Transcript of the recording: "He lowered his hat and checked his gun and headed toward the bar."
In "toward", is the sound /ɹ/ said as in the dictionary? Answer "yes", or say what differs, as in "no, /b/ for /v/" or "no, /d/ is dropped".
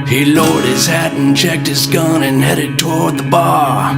yes